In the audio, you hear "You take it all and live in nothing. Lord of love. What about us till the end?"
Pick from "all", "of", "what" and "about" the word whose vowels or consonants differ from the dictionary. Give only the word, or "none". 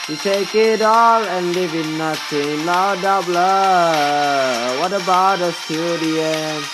of